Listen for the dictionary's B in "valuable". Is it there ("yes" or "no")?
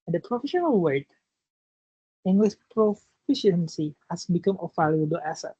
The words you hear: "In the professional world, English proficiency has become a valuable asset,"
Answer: no